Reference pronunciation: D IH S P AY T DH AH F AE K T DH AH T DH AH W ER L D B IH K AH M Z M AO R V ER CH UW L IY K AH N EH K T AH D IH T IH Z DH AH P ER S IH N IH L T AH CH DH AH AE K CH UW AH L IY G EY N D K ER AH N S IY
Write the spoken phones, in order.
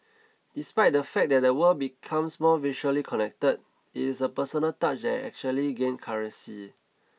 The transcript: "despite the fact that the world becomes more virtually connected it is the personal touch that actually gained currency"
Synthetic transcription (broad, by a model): D IH S P AY T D AH F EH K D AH T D AH W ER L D B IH K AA M S M AO V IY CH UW L IY K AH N EH K T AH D IH T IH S AH P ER S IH N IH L T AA CH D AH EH K CH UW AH L IY G EY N K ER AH S IY